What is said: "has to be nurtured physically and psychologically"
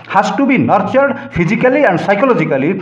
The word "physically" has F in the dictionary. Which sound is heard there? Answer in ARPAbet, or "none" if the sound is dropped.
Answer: P